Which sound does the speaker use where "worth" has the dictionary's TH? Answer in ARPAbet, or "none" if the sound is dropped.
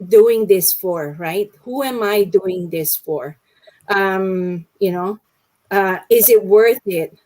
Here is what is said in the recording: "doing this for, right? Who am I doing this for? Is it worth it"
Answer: TH